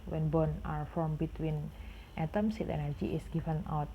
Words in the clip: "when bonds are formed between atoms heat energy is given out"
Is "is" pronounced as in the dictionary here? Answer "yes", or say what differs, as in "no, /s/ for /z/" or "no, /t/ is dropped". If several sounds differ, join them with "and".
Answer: no, /s/ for /z/